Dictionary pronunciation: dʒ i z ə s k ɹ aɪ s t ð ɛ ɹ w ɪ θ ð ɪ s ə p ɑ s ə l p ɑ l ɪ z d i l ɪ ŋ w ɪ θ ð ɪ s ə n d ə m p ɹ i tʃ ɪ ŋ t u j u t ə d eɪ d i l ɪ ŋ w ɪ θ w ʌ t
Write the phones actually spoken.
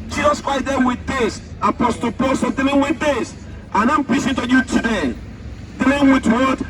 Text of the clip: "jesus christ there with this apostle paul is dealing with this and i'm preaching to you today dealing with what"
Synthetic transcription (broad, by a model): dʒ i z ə s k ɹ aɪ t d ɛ w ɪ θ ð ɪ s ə p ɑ s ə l p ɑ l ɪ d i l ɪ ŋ w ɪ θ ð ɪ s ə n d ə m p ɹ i s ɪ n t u j u t ə d eɪ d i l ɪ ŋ w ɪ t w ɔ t